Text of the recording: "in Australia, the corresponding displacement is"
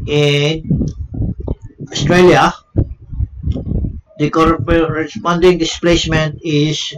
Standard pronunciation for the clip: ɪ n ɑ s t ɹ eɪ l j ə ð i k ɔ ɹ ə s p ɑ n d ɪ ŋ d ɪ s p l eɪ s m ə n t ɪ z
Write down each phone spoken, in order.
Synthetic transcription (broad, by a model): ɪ n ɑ s t ɹ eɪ l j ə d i k ɔ ɹ ə s p ɑ n d ɪ ŋ d ɪ s p l eɪ s m ə n t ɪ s